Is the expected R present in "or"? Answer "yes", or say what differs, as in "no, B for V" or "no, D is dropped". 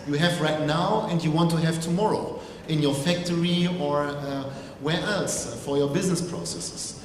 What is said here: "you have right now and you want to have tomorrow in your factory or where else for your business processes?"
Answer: yes